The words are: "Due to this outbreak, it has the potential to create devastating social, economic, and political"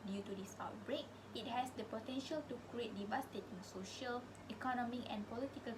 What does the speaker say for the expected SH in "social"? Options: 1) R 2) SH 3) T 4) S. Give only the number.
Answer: 2